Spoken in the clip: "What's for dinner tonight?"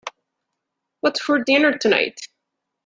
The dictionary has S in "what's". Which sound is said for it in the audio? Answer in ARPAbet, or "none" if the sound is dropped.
none